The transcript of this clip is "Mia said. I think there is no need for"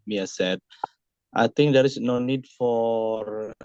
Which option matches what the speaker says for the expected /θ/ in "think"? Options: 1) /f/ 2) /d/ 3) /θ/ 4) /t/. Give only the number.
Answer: 4